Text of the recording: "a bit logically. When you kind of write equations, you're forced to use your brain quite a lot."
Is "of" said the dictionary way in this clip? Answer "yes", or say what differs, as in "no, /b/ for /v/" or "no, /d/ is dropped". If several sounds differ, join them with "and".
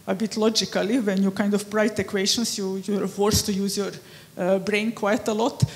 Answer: no, /p/ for /v/